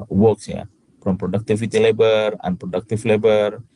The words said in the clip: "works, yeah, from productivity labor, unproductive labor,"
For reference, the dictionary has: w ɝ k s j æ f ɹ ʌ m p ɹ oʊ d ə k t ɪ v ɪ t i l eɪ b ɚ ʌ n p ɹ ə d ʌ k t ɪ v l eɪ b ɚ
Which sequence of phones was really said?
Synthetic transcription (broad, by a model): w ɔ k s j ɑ p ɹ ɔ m p ɹ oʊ d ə k t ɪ f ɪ t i l eɪ b ɚ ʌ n p ɹ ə d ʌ k t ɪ f l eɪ b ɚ